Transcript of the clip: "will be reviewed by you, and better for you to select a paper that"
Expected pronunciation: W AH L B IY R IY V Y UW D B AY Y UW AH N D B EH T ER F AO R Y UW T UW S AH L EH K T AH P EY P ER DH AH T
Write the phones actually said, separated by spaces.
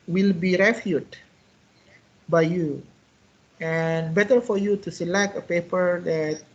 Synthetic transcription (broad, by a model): W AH L B IY R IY F Y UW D B AY Y UW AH N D B EH T ER F AO R Y UW T UW S AH L EH K T AH P EY P ER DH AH T